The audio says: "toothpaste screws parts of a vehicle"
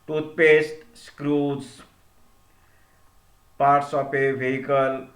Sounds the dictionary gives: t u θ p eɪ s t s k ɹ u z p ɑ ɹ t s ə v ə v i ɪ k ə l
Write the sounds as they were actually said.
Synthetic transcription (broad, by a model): t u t p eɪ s t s k ɹ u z p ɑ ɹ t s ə p ə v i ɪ k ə l